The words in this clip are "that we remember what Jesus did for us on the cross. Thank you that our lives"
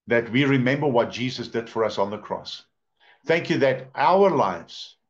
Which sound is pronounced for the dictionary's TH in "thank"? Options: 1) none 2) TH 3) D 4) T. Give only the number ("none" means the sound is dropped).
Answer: 2